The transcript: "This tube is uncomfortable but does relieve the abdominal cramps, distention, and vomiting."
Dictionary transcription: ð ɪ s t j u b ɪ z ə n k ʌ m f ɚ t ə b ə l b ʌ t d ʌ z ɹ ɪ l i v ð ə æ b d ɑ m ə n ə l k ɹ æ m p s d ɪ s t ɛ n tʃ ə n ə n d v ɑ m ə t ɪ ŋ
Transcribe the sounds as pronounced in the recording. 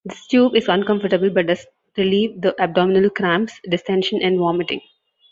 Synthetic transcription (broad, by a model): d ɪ s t j u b ɪ z ə n k ʌ m f ɚ t ə b ə l b ʌ t d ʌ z ɹ ɪ l i v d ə æ b d ɑ m ə n ə l k ɹ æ m s d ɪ s t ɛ n ʃ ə n ə n d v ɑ m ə t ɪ ŋ